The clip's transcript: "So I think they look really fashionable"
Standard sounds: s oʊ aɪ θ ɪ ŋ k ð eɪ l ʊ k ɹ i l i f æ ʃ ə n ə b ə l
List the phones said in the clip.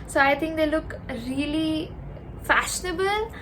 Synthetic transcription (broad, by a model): s oʊ aɪ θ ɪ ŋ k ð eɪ l ʊ k ɹ i l i f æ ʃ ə n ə b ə l